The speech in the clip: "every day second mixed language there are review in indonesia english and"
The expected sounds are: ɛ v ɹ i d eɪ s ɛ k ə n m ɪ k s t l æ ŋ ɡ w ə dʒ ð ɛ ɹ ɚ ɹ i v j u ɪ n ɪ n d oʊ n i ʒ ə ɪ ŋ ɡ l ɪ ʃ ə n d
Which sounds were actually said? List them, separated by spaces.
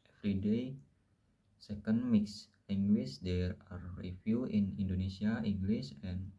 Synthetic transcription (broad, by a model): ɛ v ɹ i d eɪ s ɛ k ə n m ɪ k s l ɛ ŋ ɡ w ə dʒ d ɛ ɹ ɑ ɹ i f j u ɪ n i n d oʊ n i s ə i ŋ ɡ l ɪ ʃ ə n